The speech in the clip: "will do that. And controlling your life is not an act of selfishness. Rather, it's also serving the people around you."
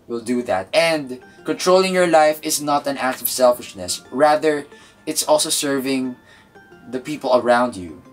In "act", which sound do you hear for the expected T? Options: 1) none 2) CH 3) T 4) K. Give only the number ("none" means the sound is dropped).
3